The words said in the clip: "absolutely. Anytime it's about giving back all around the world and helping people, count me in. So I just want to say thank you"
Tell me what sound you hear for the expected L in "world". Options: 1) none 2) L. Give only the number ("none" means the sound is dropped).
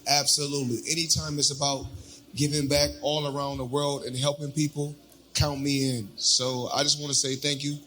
2